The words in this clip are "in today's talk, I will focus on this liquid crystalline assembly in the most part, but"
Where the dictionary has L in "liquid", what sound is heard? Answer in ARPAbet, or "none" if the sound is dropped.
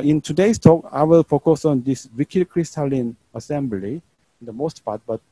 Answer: W